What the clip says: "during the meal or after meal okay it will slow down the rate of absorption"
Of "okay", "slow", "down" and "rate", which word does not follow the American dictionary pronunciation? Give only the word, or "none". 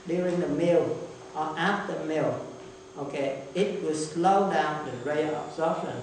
rate